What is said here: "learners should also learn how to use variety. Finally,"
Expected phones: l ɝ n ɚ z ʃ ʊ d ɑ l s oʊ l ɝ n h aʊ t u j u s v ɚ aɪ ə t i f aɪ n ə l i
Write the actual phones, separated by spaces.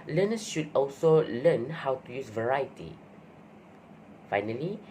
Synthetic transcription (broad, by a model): l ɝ n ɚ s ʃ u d ɑ l s oʊ l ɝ n h aʊ t u j u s v ɚ aɪ ə t i f aɪ n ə l i